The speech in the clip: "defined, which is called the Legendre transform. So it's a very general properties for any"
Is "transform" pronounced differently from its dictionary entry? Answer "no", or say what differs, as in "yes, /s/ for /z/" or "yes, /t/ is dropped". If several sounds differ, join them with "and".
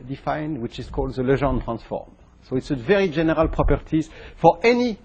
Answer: no